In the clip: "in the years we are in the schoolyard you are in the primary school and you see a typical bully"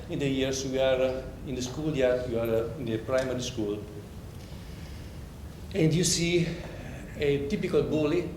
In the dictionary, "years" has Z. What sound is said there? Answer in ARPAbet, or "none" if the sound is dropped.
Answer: S